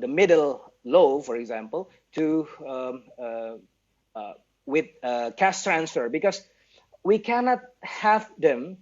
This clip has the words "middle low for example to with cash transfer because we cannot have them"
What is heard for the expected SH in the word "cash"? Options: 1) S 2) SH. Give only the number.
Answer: 1